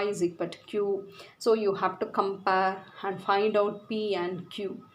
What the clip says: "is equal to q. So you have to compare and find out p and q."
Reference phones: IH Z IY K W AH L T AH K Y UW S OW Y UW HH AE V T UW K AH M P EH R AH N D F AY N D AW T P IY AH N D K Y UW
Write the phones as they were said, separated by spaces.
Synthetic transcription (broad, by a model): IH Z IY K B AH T K Y UW S OW Y UW HH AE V T UW K AH M P EH R AH N D F AY N D AW T P IY AH N D K Y UW